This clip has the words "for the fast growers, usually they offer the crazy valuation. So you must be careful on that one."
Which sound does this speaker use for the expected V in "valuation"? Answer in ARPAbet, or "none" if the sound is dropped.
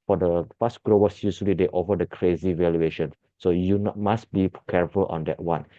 V